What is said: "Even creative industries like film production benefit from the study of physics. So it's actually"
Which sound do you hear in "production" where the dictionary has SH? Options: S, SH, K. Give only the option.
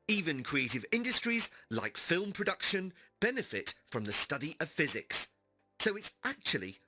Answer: SH